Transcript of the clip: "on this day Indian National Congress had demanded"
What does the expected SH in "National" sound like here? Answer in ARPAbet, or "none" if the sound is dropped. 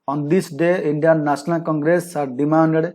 S